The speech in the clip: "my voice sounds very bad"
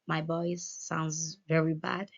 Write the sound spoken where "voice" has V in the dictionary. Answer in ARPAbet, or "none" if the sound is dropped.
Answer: B